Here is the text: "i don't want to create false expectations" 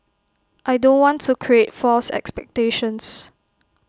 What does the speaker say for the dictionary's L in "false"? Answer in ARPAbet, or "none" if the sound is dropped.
L